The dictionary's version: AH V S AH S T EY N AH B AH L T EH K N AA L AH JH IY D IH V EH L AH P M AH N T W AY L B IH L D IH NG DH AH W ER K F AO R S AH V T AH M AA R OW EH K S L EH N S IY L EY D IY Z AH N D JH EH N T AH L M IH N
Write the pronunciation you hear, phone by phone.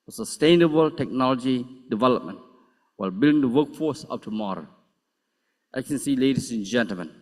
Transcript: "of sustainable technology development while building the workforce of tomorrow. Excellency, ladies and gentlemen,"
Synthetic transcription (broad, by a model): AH S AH S T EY N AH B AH L T EH K N AA L AH JH IY D IH V EH L AH P M AH N T W AY L B IH L D IH NG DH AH W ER K F AO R S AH P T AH M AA R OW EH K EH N S IY L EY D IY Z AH N JH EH N T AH L M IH N